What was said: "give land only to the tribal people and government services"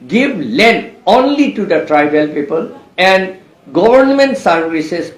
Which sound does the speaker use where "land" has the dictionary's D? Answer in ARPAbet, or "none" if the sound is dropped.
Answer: none